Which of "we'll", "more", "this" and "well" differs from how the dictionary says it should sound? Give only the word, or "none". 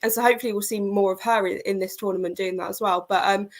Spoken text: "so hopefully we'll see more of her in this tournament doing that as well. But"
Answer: none